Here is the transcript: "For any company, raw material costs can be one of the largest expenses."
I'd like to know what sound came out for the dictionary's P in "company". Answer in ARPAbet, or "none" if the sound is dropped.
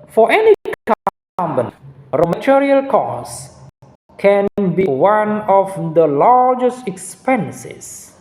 B